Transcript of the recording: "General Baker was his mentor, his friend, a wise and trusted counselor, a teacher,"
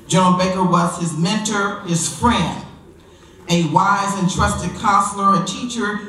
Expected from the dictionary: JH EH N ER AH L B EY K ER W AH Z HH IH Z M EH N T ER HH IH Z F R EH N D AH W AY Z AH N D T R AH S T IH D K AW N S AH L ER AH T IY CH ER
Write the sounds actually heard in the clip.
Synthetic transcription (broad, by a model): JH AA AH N B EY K ER W AH Z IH Z M EH N T ER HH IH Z F R EH N D AH W AY Z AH N T R AH S T IH D K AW N S L ER AH T IY CH ER